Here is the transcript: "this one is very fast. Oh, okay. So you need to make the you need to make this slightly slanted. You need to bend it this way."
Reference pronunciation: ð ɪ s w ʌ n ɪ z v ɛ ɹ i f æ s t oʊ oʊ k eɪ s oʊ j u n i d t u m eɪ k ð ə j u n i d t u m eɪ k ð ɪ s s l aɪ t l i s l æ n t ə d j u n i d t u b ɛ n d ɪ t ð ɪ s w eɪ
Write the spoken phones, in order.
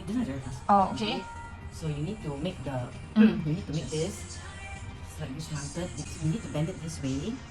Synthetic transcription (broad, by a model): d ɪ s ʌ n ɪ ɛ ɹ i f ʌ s oʊ oʊ k eɪ s oʊ j u n i d t u m eɪ k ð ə j u n i d t u m eɪ k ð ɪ s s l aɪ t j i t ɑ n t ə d j u n i d t u b ɛ n d ɪ t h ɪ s w eɪ